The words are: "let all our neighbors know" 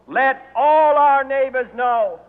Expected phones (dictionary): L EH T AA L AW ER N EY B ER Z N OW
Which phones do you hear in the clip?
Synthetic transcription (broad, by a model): L EH T AA L AW ER N EY B ER Z N OW